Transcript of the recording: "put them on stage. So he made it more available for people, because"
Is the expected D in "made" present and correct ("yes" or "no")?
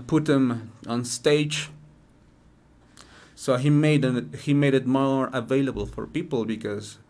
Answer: yes